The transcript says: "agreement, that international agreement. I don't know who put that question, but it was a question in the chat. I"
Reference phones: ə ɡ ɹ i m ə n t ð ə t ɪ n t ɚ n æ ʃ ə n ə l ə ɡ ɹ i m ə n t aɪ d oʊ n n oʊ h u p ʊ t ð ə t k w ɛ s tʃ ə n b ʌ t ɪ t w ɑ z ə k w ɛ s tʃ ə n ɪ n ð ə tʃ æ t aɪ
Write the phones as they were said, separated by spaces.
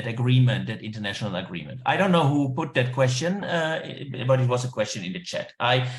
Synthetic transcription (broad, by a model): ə ɡ ɹ i m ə n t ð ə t ɪ n t ɚ n æ ʃ ə n ə l ə ɡ ɹ i m ə n t aɪ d oʊ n n oʊ h u p ʊ t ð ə t k w ɛ s tʃ ə n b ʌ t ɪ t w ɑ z ə k w ɛ s tʃ ə n ɪ n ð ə tʃ æ t aɪ